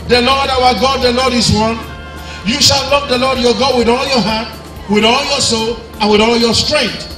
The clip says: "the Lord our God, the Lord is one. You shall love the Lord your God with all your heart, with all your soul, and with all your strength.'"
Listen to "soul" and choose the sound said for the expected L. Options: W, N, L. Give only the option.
L